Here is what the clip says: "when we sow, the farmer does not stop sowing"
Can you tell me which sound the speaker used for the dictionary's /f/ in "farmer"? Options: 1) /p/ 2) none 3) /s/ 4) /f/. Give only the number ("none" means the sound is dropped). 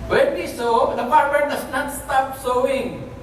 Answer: 1